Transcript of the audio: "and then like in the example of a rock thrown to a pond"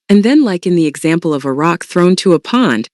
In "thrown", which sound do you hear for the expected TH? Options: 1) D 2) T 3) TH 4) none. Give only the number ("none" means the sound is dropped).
3